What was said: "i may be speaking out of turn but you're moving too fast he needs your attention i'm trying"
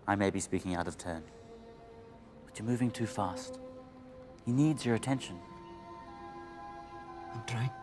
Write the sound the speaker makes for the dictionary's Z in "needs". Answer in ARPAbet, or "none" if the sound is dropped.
Z